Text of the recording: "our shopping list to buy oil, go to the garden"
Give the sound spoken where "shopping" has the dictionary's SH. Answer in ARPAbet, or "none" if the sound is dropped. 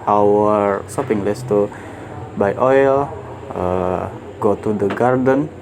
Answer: S